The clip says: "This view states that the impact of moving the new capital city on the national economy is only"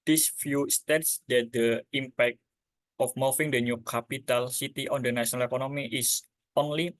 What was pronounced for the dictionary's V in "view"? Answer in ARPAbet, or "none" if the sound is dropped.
F